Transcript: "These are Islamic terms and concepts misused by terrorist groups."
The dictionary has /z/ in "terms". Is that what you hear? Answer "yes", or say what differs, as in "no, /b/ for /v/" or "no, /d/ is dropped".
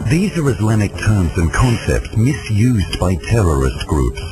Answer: yes